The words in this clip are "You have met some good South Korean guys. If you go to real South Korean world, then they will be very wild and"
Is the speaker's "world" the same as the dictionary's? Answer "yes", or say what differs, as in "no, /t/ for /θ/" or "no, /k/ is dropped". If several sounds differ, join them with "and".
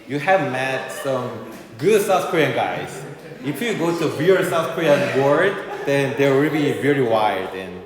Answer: no, /l/ is dropped